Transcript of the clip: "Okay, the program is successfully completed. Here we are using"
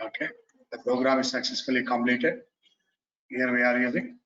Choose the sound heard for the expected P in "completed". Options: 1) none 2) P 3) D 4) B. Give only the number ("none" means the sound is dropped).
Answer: 1